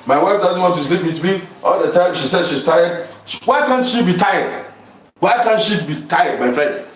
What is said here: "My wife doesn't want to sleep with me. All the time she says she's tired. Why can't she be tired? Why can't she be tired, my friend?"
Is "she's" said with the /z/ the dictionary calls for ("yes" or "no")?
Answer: no